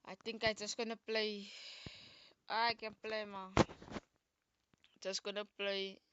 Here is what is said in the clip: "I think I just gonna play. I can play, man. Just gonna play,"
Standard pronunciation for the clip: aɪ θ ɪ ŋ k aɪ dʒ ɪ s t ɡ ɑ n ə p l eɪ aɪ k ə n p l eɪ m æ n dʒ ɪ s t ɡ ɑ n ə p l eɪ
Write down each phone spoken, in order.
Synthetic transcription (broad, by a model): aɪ t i ŋ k aɪ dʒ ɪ s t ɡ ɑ n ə p l eɪ aɪ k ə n p l eɪ m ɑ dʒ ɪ s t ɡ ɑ n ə p l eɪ